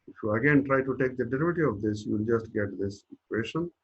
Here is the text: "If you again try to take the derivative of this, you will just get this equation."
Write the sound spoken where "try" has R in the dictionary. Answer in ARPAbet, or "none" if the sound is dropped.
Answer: R